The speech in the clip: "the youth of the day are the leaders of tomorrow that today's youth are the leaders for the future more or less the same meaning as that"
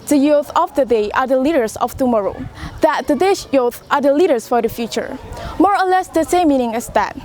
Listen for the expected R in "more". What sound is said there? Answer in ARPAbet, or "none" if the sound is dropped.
R